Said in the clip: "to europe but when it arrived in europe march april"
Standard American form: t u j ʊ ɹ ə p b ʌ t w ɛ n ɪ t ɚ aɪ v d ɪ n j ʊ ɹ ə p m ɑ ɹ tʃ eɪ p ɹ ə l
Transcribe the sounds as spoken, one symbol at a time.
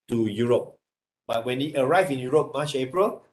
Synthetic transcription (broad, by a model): t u j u ɹ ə p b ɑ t w ɛ n ɪ t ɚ aɪ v ɪ n j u ɹ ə p m ɑ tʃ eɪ p ɹ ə l